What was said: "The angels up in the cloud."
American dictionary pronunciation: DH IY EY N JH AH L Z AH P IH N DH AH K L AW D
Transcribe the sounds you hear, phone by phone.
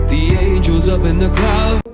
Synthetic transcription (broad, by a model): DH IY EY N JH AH Z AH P IH N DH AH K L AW